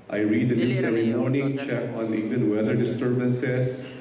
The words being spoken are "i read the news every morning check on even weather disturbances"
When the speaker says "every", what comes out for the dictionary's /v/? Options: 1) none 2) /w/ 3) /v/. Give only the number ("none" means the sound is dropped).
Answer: 1